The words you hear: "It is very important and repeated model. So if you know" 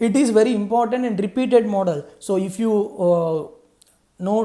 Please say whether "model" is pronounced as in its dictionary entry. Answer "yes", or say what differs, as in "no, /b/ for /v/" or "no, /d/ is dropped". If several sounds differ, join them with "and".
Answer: yes